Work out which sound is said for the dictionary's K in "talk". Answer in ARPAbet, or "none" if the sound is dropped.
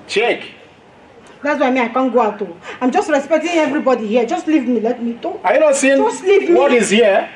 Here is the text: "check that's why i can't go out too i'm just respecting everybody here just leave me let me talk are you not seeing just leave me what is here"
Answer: none